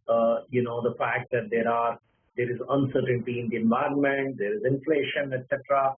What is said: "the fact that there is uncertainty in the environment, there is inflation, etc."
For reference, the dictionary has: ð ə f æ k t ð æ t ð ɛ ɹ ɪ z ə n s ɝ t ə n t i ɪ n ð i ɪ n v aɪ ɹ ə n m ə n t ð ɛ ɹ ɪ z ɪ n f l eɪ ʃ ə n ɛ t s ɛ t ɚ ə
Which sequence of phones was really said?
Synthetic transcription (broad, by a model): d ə f æ k t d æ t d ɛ ɹ ɪ z ə n s ɝ t ə n t i ɪ n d i ɪ n v aɪ ɹ ə n m ə n t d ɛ ɹ ɪ z ɪ n f l eɪ ʃ ə n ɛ t s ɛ t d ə